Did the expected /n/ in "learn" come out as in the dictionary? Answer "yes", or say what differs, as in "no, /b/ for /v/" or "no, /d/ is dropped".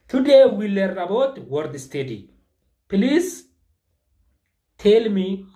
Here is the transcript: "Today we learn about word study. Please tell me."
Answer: no, /n/ is dropped